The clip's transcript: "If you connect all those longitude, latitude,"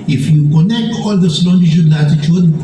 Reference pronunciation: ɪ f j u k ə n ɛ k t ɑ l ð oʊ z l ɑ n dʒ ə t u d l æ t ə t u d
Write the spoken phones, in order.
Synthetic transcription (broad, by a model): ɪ f j u k ə n ɛ k t ɑ l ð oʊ s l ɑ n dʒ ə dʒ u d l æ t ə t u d